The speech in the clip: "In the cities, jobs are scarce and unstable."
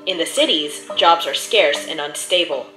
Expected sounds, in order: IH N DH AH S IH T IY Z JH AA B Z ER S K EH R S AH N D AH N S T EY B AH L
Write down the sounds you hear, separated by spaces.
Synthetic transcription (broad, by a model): IH N DH AH S IH T IY Z JH AA B Z ER S K EH R S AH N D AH N S T EY B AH L